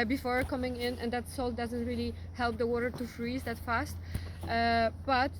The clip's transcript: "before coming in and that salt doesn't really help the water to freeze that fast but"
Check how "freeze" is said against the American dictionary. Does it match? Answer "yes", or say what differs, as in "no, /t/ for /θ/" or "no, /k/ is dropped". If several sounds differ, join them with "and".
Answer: yes